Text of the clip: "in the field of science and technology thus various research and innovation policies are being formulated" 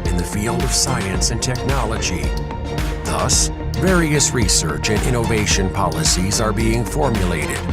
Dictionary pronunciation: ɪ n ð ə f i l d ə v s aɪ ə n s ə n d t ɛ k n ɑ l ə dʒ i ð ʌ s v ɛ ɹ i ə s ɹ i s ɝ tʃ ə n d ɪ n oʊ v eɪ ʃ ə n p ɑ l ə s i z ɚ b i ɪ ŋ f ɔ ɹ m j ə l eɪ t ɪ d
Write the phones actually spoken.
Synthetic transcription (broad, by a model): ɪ n ð ə f i l d ə v s aɪ ə n s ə n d t ɛ k n ɑ l ə dʒ i ð ʌ s v ɛ ɹ i ə s ɹ i s ɝ tʃ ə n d ɪ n oʊ v eɪ ʃ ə n p ɑ l ə s i z ɚ b i ɪ ŋ f ɔ ɹ m j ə l eɪ t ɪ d